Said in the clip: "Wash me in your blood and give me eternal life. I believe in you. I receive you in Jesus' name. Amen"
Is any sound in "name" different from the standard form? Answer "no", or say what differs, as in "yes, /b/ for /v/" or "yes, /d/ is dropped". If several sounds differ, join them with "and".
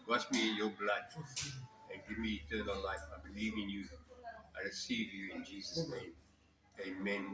no